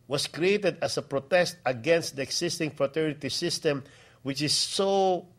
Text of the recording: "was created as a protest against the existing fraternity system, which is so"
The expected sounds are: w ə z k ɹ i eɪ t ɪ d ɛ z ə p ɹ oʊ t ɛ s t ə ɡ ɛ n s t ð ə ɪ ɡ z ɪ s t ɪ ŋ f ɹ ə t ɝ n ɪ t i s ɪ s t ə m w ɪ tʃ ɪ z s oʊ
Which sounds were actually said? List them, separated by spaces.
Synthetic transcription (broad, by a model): w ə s k ɹ i eɪ t ɪ d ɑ s ə p ɹ oʊ t ɛ s t ə ɡ ɛ n s t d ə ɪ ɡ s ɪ s t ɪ ŋ f ɹ ə t ɝ n ɪ t i s ɪ s t ə m w ɪ tʃ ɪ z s oʊ